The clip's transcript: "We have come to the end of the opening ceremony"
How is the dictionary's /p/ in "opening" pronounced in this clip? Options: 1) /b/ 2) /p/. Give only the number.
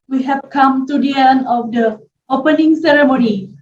2